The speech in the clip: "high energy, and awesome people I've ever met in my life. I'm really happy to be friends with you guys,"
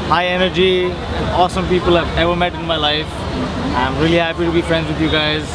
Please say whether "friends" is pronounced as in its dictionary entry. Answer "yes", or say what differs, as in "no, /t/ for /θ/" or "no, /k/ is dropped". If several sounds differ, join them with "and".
yes